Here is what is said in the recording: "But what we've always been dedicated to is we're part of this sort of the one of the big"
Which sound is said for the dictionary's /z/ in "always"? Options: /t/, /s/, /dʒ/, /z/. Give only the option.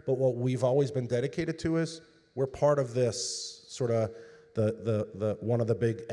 /z/